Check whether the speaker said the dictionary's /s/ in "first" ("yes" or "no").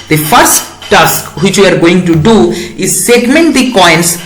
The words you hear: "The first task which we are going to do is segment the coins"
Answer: yes